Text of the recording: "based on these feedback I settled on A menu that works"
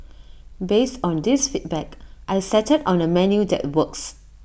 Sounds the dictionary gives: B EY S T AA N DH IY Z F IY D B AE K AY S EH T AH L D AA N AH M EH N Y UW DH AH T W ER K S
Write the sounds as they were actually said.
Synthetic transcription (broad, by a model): B EY S T AA N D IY S F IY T B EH K AY S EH T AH D AA N AH M EH N Y UW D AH T W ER K S